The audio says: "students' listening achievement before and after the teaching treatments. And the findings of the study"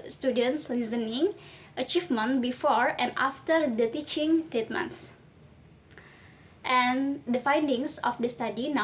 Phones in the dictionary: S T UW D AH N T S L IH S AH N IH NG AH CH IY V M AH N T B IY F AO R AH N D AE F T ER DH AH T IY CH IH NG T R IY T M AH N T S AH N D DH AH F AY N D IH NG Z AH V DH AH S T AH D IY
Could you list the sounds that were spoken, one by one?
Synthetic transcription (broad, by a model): S T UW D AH N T S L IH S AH N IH NG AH CH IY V M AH N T B IY F AO R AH N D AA F T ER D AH T IY CH IH NG T EH T M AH N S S AH N D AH F AY N D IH NG S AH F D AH S T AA D IY